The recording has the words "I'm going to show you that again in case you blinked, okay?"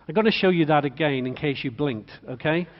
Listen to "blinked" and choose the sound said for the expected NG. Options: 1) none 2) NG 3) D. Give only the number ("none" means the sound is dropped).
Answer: 2